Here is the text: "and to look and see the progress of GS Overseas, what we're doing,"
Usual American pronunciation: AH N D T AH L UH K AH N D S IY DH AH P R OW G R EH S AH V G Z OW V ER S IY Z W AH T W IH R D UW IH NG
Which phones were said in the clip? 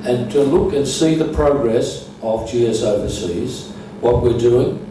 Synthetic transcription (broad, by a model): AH N T AH L UH K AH N S IY DH AH P R OW G R EH S AH V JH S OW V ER S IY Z W AH T W IH R D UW IH NG